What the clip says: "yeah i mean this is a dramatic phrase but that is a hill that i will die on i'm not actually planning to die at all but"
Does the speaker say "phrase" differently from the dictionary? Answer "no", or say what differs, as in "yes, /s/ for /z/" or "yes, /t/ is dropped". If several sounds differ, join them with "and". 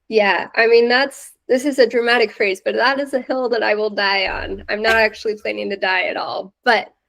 no